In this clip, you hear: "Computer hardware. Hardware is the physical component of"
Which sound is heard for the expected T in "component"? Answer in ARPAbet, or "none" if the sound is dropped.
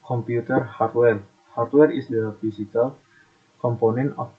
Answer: none